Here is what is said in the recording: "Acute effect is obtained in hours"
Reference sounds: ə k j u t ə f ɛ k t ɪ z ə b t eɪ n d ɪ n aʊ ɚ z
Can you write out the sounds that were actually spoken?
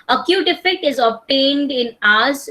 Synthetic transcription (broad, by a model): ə k j u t ə f ɛ k t ɪ z ə b t eɪ n d ɪ n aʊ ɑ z